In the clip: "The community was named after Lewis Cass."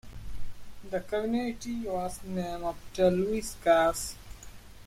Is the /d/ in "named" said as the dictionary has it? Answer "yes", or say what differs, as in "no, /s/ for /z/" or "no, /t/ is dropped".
no, /d/ is dropped